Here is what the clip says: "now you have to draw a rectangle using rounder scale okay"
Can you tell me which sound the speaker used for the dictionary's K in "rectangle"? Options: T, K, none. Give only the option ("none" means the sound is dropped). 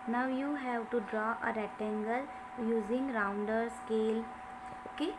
none